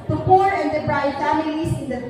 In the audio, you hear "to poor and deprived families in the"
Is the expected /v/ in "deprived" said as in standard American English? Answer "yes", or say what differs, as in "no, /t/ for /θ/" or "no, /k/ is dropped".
no, /v/ is dropped